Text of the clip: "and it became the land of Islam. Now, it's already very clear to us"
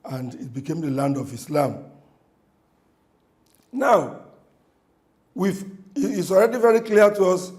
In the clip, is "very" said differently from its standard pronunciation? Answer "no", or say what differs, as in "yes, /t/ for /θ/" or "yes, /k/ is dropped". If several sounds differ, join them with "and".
no